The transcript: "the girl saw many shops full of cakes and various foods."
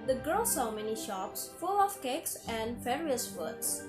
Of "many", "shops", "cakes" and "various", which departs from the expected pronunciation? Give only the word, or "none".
various